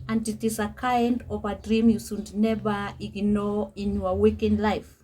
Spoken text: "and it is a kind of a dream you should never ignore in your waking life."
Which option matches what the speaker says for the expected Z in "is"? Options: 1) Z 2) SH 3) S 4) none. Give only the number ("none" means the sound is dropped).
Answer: 3